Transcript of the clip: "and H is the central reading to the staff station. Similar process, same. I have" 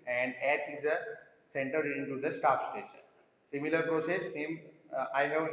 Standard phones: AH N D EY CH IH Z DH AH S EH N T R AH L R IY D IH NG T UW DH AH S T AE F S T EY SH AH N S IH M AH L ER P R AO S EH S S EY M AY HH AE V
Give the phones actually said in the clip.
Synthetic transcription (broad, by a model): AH N D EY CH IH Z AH S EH N T AH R D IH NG T UW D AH S T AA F S T EY SH AH N S IH M AH L ER P R AO S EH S S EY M AY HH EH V